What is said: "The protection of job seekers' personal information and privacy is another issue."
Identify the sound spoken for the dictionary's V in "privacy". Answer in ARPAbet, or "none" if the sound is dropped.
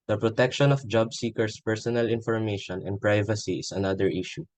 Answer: V